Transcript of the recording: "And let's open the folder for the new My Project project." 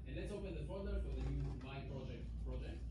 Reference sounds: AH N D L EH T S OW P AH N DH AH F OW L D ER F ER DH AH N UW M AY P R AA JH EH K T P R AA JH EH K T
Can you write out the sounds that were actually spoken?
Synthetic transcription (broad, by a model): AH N L EH T S OW P AH N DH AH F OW D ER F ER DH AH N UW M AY P R AA JH EH K T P R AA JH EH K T